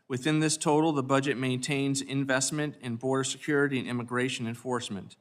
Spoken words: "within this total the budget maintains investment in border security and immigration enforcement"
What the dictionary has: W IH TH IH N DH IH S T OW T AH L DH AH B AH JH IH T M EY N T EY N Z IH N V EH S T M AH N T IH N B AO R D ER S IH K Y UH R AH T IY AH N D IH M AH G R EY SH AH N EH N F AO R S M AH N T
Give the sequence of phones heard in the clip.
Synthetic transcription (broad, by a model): W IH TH IH N DH IH S T OW T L DH AH B AH JH IH T M EY N T EY N Z IH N V EH S T M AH N T IH N B AO R D ER S IH K Y UH R AH T IY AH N IH M AH G R EY SH AH N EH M F AO R S M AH N T